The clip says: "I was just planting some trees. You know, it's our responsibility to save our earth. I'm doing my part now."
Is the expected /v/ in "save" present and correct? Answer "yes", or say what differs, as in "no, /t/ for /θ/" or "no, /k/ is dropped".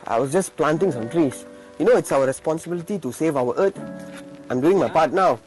yes